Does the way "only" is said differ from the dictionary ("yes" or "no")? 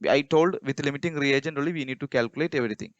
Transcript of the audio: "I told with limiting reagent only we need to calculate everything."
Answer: yes